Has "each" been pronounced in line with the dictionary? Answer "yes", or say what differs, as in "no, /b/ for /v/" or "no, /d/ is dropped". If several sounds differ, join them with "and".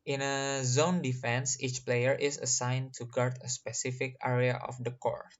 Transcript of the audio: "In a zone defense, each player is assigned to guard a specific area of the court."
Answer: yes